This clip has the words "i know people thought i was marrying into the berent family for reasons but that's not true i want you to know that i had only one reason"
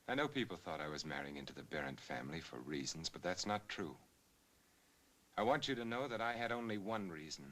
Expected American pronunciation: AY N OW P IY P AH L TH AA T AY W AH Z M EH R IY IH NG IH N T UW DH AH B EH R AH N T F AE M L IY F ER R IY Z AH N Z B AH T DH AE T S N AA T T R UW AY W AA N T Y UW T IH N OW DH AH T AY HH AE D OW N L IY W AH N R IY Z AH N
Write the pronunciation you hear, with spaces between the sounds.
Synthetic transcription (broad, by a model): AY N OW P IY P L TH AA T AY W AH Z M EH R IY IH NG IH N T UW DH AH B EH R AH N T F AE M L IY F ER R IY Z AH N Z B AH T DH AE T S N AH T T R UW AY W AA N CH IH T IH N OW DH AH T AY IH D OW N L IY W AH N R IY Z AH N